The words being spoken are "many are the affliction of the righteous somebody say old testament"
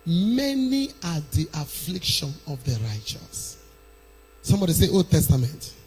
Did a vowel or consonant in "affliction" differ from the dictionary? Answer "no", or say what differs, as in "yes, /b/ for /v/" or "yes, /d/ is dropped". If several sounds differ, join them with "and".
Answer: no